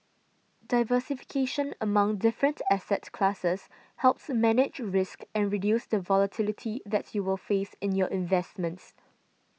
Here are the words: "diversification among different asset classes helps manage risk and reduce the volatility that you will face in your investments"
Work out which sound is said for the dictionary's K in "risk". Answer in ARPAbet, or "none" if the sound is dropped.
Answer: K